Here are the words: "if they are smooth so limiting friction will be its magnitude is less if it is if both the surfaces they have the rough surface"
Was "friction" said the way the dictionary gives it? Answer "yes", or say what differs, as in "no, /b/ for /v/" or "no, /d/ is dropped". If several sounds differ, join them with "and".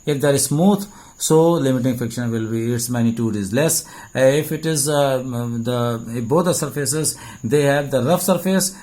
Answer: no, /ɹ/ is dropped